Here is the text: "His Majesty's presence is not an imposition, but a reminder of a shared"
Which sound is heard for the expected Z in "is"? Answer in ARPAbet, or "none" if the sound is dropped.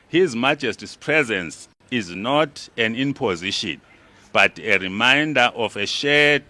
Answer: Z